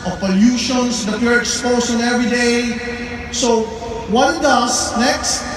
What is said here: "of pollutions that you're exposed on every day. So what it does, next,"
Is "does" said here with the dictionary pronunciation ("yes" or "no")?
no